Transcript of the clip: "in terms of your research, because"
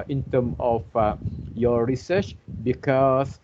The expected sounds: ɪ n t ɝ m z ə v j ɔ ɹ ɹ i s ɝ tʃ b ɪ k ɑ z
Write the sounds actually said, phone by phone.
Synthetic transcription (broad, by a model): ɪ n t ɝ m ə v j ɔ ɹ ɹ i s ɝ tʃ b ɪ k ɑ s